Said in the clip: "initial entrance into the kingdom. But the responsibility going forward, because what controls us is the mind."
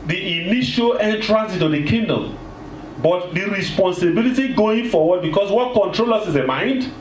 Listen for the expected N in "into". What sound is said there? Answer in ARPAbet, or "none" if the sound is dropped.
none